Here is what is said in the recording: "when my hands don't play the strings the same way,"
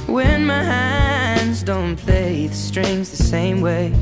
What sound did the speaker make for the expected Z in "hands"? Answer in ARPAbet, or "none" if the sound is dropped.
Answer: Z